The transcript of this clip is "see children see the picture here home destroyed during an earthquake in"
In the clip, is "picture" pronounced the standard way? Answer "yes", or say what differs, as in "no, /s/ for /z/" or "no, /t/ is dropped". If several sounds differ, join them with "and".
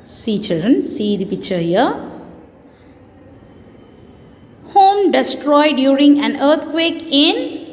no, /k/ is dropped